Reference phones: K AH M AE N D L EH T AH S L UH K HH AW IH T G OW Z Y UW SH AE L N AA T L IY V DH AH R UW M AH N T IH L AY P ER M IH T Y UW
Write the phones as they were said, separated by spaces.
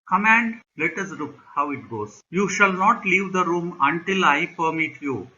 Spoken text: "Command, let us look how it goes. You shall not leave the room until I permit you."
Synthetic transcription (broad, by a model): K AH M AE N D L EH T AH S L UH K HH AW IH T G OW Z Y UW SH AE L N AA T L IY V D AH R UW M AH N T IH L AY P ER M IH T Y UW